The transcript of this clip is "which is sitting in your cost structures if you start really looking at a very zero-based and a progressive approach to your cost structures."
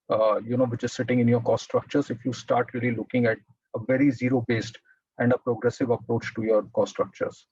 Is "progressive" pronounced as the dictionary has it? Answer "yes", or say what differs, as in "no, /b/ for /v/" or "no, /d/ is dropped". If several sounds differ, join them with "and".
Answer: yes